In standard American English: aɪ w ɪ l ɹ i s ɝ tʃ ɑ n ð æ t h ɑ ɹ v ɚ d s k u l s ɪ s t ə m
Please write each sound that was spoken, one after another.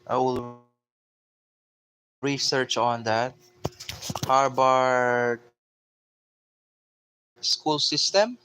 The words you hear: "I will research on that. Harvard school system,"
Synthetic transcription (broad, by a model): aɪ w ɪ l ɹ i s ɝ tʃ ɑ n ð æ t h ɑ ɹ b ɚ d s k u l s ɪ s t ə m